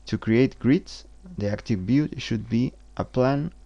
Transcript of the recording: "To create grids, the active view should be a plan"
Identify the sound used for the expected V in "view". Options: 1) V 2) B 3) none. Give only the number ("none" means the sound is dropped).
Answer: 2